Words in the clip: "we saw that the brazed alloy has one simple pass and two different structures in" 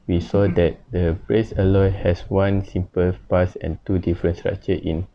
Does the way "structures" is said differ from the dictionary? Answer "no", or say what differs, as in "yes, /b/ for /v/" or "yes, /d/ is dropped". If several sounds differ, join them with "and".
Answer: yes, /z/ is dropped